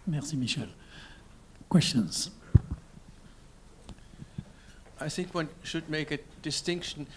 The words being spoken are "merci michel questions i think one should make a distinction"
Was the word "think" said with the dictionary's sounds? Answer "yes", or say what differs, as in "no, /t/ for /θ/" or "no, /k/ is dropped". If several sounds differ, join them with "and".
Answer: yes